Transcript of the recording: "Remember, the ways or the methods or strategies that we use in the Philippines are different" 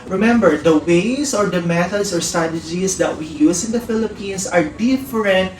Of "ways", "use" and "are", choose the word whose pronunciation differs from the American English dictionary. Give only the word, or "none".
ways